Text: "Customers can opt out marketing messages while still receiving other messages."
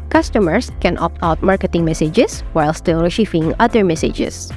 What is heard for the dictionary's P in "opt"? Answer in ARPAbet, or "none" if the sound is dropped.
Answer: P